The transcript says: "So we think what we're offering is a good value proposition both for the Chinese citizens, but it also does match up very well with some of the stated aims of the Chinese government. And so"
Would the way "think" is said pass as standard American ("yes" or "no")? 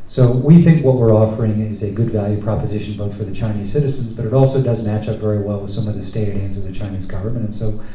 yes